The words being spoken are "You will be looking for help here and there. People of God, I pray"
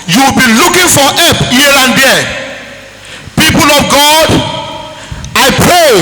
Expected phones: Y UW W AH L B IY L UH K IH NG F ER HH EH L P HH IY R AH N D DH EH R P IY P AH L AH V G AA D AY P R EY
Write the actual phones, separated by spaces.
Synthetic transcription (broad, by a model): Y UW W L B IY L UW K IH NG F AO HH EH P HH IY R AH N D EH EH P IY P AH L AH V G AA D AY P R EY